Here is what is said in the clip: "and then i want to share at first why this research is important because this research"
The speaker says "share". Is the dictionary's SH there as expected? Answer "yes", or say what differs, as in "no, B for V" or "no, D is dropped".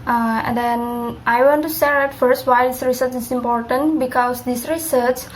no, S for SH